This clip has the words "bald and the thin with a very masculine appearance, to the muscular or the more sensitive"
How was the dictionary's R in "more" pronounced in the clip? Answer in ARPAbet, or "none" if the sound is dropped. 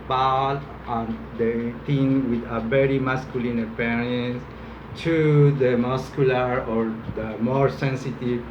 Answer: R